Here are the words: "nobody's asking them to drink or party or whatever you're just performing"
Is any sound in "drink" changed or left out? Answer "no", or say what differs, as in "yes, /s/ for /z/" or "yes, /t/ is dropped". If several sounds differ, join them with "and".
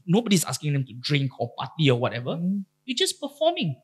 no